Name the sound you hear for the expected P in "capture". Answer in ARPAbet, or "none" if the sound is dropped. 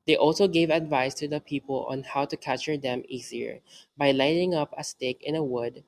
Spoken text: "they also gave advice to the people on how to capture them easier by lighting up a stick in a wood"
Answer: none